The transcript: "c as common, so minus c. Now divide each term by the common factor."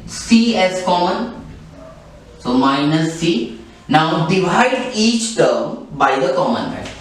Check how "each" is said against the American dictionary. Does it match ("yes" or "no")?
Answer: yes